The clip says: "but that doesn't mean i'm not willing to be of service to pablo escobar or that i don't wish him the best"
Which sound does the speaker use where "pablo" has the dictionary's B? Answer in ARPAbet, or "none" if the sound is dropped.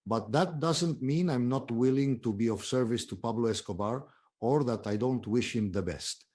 B